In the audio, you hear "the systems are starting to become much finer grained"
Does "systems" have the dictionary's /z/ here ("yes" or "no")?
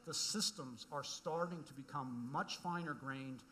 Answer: yes